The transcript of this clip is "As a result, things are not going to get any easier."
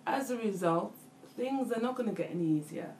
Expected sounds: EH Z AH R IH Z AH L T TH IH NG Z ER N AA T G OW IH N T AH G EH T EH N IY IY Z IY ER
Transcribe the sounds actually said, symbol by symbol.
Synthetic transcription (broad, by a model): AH Z AH R IH Z AH L T TH IH NG Z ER N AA T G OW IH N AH G EH T EH N IY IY Z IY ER